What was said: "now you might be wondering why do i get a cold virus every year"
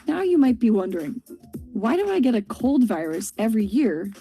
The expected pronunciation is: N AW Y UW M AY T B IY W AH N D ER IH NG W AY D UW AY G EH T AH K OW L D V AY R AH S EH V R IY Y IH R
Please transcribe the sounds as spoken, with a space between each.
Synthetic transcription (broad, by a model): N AW Y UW M AY T B IY W AH N D ER IH NG W AY D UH AY G EH T AH K OW L D V AY R AH S EH V R IY Y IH R